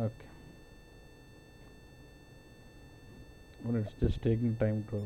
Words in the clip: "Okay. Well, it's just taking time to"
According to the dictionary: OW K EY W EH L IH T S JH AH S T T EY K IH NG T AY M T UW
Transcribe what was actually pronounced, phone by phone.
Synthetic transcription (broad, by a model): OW K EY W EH N IH T S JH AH S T T EY K IH NG T AY M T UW